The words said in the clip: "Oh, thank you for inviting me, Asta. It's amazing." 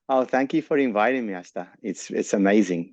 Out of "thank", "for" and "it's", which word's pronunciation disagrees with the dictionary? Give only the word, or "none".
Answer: none